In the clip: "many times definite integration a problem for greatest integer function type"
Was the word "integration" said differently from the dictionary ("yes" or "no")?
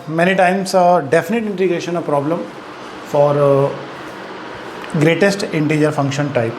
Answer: no